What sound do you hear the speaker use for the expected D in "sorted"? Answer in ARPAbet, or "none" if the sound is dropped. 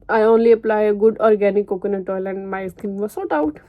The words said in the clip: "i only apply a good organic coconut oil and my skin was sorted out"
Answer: none